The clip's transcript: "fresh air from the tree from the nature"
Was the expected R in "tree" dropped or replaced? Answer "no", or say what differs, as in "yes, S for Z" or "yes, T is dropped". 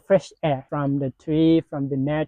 no